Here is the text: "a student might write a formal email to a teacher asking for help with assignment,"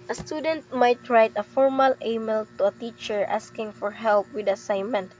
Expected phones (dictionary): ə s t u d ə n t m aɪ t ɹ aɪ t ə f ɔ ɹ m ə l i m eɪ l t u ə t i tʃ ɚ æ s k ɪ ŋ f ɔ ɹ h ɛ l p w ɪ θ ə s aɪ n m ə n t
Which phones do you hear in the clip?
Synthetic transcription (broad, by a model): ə s t u d ə n t m aɪ t ɹ aɪ t ə f ɔ ɹ m ə l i m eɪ l t u ə t i tʃ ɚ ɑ s k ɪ ŋ f ɔ ɹ h ɛ l p w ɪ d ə s aɪ n m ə n t